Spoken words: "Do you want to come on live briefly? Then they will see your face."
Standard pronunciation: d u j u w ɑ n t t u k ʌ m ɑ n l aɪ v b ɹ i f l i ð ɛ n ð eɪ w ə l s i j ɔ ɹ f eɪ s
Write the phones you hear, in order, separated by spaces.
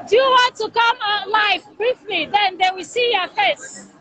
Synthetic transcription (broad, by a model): d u j u w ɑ n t t u k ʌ m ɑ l aɪ f b ɹ i f l i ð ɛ n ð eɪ w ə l s i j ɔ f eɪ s